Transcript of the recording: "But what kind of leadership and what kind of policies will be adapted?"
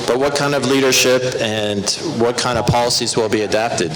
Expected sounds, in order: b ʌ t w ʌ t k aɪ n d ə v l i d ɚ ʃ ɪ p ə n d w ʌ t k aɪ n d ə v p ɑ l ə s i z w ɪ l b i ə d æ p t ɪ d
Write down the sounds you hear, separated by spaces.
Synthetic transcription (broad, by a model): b ʌ t w ʌ t k aɪ n d ə v l i d ɚ ʃ ɪ p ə n w ʌ t k aɪ n d ə v p ɑ l ə s i z w ɪ l b i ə d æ p t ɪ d